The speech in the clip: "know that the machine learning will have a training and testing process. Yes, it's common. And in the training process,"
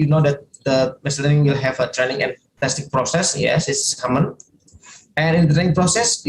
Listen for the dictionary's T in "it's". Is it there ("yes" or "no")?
no